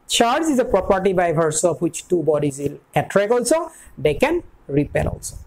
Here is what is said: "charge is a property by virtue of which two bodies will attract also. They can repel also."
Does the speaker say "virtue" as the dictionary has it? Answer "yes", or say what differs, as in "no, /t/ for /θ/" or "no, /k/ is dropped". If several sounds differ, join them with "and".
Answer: no, /b/ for /v/ and /s/ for /tʃ/